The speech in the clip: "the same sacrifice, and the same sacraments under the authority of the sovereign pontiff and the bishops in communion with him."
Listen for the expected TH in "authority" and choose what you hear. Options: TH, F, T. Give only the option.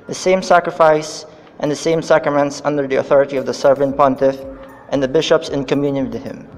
TH